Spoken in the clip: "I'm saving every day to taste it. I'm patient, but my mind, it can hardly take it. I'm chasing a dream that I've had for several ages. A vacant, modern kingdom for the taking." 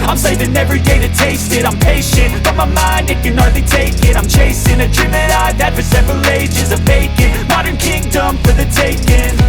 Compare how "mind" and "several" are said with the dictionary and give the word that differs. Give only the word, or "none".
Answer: none